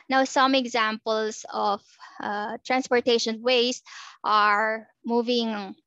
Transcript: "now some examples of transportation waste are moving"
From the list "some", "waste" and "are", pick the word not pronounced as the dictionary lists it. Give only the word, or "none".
none